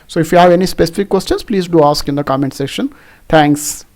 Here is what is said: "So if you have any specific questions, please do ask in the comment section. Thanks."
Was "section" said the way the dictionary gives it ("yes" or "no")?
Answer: no